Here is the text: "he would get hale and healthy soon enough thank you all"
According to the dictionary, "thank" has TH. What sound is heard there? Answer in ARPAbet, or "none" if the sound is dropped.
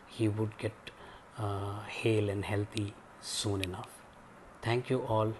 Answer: T